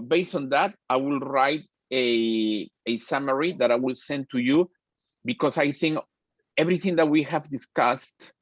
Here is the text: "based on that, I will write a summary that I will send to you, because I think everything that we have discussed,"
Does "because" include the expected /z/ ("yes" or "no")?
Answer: no